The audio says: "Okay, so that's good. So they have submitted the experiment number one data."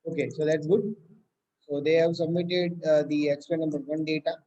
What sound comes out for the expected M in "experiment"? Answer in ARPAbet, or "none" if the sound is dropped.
none